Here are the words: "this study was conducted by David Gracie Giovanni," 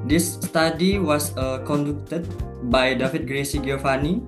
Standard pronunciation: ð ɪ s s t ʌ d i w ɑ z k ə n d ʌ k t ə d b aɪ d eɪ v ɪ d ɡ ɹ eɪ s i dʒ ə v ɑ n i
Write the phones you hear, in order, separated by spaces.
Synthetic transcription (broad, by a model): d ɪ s s t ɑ d i w ɑ s k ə n d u k t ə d b aɪ d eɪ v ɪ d ɡ ɹ eɪ s i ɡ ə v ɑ n i